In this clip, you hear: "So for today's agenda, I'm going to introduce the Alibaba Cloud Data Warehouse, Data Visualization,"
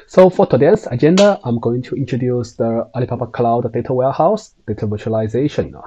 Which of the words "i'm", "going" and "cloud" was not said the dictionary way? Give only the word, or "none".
none